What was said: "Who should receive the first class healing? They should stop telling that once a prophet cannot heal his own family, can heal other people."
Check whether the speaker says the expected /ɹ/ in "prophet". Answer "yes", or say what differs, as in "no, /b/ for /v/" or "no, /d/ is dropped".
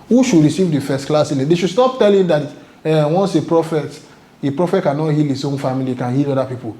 yes